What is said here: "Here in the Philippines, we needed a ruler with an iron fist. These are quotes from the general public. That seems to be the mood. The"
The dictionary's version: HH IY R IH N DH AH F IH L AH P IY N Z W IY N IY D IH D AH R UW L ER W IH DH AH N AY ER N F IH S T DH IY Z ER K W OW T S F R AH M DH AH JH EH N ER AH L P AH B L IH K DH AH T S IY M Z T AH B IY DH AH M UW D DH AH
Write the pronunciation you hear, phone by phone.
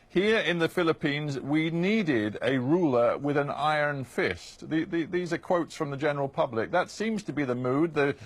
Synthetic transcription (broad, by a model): HH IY R IH N DH AH F IH L AH P IY N Z W IY N IY D IH D AH R UW L ER W IH DH AH N AY ER N F IH S T DH IY Z ER K W OW T S F R AH M DH AH JH EH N ER L P AH B L IH K DH AH T S IY M Z T AH B IY DH AH M UW D DH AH